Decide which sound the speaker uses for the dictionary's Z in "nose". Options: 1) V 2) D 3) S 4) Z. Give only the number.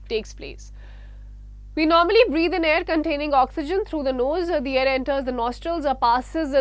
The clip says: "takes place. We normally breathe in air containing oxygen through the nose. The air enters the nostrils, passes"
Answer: 4